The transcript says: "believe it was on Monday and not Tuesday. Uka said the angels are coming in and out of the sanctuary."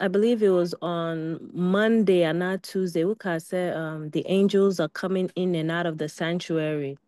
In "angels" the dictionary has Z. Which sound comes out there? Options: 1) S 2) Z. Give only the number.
2